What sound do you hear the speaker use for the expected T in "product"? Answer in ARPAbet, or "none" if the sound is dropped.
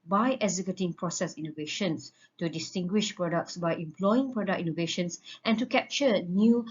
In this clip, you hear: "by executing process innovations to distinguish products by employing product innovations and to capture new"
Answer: none